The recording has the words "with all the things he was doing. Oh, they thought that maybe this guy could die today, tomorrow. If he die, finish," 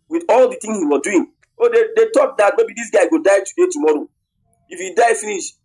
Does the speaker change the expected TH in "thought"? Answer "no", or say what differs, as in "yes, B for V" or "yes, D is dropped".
yes, T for TH